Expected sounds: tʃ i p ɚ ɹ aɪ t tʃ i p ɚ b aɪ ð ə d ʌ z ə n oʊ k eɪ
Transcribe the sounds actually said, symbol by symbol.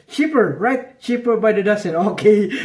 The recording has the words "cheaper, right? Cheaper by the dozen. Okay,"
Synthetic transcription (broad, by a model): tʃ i p ɚ ɹ aɪ t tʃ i p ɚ b aɪ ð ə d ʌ s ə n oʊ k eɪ